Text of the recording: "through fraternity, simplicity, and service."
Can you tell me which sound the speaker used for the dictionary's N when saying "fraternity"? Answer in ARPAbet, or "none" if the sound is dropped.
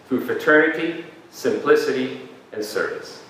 none